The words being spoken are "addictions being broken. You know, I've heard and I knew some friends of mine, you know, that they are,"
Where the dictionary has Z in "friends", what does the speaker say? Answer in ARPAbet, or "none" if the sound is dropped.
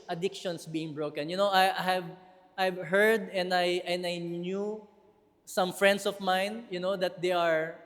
S